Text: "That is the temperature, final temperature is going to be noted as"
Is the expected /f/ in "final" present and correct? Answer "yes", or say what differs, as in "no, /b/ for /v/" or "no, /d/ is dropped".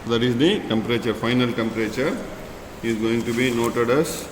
yes